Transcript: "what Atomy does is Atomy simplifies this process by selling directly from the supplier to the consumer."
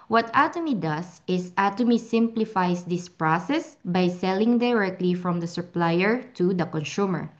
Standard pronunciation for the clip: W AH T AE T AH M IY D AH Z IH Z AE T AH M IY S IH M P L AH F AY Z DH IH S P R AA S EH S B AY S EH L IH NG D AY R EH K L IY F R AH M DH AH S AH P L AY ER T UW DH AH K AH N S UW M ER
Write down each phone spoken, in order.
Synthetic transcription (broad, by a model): W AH T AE T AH M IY D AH S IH S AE T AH M IY S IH M P L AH F AY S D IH S P R AA S EH S B AY S EH L IH NG D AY R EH K L IY F R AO M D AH S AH P L AY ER T UW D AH K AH N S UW M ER